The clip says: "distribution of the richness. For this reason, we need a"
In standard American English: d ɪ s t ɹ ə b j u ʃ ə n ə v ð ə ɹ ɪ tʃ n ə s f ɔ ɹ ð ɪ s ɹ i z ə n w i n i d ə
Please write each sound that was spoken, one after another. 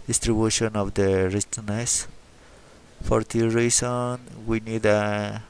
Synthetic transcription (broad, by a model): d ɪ s t ɹ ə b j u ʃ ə n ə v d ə ɹ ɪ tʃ n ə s f ɔ ɹ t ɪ ɹ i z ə n w i n i d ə